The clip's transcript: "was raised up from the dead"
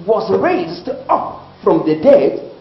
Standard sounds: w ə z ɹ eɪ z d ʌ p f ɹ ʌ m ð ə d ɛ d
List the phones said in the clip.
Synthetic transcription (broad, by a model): w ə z ɹ eɪ z d ʌ p f ɹ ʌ m ð ə d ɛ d